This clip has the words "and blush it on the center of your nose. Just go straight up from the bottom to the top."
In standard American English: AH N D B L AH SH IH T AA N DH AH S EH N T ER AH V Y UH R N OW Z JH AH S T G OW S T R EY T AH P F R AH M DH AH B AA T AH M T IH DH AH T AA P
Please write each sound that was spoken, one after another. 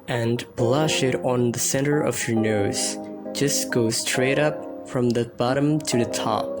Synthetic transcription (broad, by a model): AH N B L AH SH IH T N DH AH S EH N T ER AH V Y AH R N OW Z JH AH S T G OW S T R EY T AH P F R AH M DH AH B AA T AH M T IH DH AH T AA P